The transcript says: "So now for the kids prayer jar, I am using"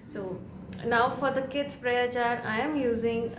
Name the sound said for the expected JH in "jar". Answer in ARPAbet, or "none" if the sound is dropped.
CH